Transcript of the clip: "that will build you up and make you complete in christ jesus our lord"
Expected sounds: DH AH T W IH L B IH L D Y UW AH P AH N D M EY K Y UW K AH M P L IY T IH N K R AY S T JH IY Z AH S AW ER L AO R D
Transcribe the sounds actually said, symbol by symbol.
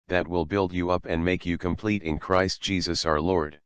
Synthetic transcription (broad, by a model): DH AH T W IH L B IH L D Y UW AH P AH N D M EY K Y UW K AH M P L IY T IH N K R AY S T JH IY Z AH S AW ER L AO R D